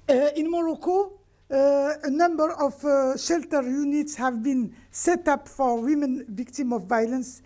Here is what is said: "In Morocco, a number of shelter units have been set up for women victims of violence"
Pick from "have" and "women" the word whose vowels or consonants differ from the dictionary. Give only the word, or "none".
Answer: none